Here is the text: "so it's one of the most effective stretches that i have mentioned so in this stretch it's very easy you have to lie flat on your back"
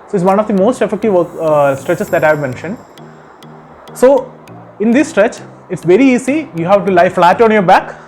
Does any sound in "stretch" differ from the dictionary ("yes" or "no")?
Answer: no